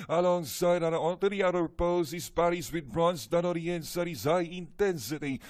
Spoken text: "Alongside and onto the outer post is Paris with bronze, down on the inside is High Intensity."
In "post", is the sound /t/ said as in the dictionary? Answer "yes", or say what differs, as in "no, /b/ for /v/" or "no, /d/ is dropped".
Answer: no, /t/ is dropped